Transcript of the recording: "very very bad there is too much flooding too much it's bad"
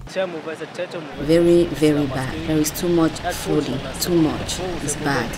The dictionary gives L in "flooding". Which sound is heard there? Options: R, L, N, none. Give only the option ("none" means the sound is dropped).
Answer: none